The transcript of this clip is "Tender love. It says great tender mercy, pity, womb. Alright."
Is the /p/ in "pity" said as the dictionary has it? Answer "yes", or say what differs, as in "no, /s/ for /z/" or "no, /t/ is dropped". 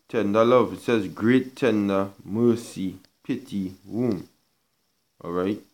yes